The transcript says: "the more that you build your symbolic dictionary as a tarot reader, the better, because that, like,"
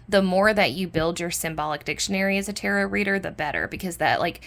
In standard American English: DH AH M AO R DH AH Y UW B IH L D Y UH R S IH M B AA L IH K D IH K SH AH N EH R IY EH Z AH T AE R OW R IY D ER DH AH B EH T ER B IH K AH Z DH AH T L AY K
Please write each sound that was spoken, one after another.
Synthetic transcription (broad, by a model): DH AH M AO R DH AH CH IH B IH L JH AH R S IH M B AA L IH K D IH K SH AH N EH R IY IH Z AH T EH R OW R IY D ER DH AH B EH T ER B IH K AH Z DH AH T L AY K